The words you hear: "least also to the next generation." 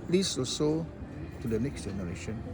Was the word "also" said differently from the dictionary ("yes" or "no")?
yes